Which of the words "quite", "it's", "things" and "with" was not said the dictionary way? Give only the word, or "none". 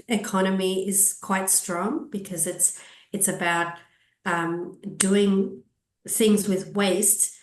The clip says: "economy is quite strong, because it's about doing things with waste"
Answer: none